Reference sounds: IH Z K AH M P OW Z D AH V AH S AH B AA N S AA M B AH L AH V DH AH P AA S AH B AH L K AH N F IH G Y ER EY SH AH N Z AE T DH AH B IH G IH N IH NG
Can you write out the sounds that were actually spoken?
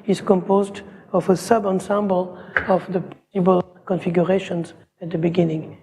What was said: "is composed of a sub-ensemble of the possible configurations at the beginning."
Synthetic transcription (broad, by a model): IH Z K AH M P OW Z D AH V AH S AH B AA N S AA M B AH L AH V DH AH P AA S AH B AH L K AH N F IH G Y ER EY SH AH N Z AE T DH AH B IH G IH N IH NG